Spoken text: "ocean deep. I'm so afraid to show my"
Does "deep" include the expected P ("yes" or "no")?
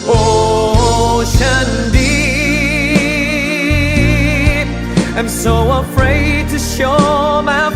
no